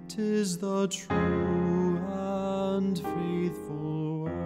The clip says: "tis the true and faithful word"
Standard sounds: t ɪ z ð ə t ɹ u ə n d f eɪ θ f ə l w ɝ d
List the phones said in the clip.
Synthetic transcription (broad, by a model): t ɪ z ð ə t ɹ u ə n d f eɪ θ f ə l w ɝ